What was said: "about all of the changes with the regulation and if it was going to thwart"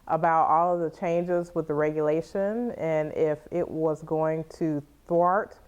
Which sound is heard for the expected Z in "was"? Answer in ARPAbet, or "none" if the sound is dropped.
Z